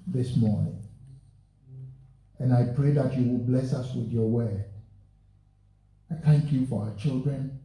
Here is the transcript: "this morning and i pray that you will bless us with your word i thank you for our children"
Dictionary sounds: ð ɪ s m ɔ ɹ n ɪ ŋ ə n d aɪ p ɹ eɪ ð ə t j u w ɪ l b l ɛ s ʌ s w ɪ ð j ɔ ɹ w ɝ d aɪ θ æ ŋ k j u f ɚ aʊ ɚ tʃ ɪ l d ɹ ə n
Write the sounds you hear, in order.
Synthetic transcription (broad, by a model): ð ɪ s m ɔ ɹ n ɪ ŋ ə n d aɪ p ɹ eɪ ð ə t j u w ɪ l b l ɛ s ʌ s w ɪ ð j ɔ w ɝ aɪ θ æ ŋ k j u f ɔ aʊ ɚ tʃ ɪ l d ɹ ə n